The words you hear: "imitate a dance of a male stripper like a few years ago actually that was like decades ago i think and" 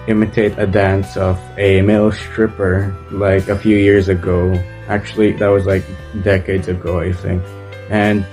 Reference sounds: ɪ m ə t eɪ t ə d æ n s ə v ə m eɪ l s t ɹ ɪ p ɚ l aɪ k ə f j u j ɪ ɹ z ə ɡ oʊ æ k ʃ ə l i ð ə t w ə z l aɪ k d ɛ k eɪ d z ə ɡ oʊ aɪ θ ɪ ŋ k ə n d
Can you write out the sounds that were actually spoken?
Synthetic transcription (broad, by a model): ɪ m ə t eɪ t ə d æ n s ə v ə m eɪ l s t ɹ ɪ p ɚ l aɪ k ə f j u j ɪ ɹ z ə ɡ oʊ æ k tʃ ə l i ð ə t w ə z l aɪ k d ɛ k eɪ d z ə ɡ oʊ aɪ θ ɪ ŋ k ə n